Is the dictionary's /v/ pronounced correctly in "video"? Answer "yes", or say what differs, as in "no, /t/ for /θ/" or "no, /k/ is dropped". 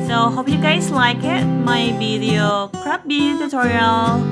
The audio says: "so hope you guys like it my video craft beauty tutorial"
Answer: no, /b/ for /v/